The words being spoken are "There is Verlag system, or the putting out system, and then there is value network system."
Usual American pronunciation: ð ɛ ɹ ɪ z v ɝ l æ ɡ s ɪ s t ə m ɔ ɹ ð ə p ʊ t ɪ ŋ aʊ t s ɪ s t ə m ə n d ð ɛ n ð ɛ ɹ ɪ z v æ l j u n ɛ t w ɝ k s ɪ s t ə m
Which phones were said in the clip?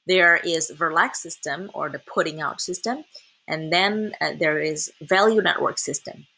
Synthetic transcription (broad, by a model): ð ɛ ɹ ɪ z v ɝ l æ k s ɪ s t ə m ɔ ɹ ð ə p ʊ t ɪ ŋ aʊ t s ɪ s t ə m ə n ð ɛ n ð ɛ ɹ ɪ z v æ l j u n ɛ t w ɝ k s ɪ s t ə m